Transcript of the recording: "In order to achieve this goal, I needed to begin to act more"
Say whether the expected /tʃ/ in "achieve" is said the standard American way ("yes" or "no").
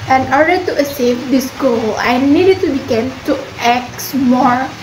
no